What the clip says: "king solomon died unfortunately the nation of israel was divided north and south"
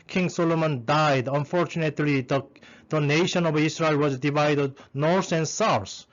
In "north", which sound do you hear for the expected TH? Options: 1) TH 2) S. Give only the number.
2